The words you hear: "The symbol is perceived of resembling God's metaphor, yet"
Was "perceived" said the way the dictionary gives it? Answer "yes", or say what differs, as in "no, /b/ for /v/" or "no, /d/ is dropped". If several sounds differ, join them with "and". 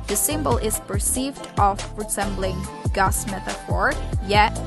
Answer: yes